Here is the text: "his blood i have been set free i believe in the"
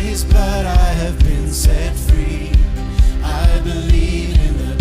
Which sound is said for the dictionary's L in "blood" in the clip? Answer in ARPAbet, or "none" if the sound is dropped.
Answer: none